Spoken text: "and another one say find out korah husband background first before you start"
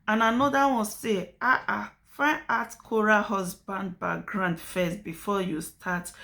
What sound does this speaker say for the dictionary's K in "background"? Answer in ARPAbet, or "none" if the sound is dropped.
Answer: none